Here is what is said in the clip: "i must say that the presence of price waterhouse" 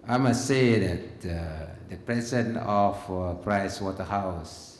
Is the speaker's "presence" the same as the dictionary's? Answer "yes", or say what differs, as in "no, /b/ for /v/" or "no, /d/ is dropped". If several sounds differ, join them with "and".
no, /s/ is dropped